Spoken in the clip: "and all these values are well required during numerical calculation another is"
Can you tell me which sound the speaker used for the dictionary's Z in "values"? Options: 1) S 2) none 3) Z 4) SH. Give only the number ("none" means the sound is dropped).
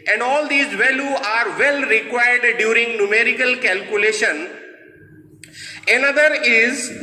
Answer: 2